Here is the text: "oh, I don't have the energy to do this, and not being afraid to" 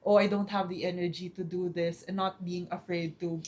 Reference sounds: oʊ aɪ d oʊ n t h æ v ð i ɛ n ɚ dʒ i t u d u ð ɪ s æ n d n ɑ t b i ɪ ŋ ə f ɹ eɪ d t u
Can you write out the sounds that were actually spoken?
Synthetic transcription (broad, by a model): oʊ aɪ d oʊ n t h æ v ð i ɛ n ɚ dʒ i t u d u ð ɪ s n n ɑ t b i ɪ ŋ ə f ɹ eɪ d t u